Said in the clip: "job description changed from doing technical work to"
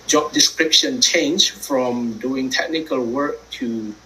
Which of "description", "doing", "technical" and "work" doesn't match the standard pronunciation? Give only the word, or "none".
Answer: none